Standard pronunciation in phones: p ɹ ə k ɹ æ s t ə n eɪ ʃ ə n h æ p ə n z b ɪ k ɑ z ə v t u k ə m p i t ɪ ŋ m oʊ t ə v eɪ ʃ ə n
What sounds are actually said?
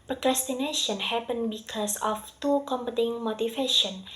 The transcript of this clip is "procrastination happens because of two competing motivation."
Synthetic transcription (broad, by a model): p ɹ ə k ɹ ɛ s t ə n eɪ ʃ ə n h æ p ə n b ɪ k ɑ s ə f t u k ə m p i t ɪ ŋ m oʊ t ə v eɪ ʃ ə n